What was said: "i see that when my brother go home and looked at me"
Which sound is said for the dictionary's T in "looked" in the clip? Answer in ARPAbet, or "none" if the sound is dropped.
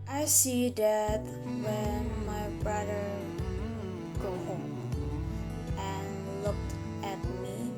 T